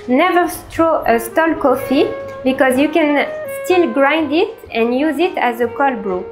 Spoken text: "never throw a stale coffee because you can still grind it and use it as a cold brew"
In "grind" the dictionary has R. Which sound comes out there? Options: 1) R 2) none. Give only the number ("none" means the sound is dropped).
1